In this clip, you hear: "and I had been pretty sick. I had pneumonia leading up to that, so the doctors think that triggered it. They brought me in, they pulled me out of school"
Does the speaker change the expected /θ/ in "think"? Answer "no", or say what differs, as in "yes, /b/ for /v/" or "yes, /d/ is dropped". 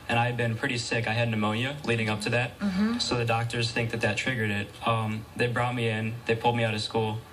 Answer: no